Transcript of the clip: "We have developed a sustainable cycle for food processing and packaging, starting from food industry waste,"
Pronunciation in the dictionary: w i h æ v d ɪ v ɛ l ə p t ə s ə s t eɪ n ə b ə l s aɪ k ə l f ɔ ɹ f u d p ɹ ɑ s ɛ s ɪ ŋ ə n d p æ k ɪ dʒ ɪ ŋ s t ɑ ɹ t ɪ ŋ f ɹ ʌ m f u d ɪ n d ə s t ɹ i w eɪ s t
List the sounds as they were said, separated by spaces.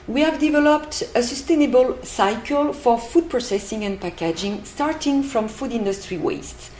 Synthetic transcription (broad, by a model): w i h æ v d ɪ v ɛ l ə p t ə s ə s t eɪ n ə b ə l s aɪ k ə l f ɔ ɹ f u d p ɹ ɑ s ɛ s ɪ ŋ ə n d p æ k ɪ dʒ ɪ ŋ s t ɑ ɹ t ɪ ŋ f ɹ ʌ m f u d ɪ n d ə s t ɹ i w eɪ s t